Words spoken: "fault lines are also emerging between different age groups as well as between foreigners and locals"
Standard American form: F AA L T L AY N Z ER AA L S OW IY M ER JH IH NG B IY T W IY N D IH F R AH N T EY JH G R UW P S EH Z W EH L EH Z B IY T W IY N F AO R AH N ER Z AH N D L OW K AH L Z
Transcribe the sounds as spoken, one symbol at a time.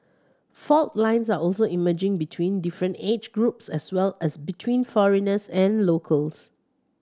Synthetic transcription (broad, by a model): F AA L T L AY N S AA AA L S OW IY M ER JH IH NG B IY T W IY N D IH F R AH N T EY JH G R UW P S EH S W EH L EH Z B IY T W IY N F AO R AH N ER S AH N L OW K AH L S